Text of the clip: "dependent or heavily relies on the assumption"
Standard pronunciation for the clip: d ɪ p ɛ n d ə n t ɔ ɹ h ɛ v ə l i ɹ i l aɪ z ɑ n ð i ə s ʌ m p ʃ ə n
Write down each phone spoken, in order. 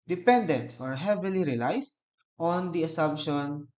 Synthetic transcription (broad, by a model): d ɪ p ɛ n d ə n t ɔ ɹ h ɛ v ə l i ɹ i l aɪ s ɑ n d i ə s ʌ m p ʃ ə n